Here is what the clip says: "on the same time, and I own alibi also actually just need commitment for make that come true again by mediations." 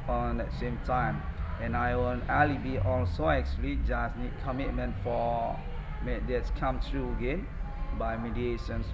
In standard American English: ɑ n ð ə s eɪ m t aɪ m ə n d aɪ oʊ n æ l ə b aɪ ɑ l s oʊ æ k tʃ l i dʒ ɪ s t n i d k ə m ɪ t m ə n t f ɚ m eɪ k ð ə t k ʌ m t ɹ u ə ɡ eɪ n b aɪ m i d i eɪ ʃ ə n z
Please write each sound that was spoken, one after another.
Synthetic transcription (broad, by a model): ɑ n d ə s eɪ m t aɪ m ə n aɪ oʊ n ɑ l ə b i ɑ l s oʊ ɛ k s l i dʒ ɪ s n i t k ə m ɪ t m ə n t f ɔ m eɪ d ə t k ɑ m t ɹ u ə ɡ eɪ n b aɪ m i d i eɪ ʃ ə n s